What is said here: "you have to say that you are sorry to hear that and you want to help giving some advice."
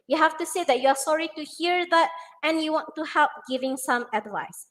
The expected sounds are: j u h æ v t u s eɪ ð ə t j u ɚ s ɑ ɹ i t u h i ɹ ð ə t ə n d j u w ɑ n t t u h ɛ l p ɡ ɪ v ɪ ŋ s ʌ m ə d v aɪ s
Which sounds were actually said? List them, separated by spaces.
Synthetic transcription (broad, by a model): j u h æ f t u s eɪ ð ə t j u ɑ s ɑ ɹ i t u h i ɹ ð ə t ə n j u w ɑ n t t u h ɛ l p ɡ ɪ v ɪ ŋ s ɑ m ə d v aɪ s